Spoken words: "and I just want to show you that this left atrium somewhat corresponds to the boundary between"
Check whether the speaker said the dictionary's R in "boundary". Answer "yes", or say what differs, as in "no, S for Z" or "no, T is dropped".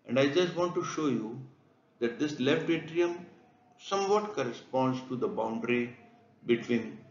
yes